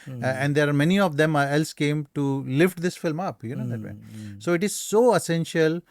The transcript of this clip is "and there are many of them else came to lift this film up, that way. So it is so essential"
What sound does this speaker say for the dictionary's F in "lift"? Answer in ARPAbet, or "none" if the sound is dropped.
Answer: F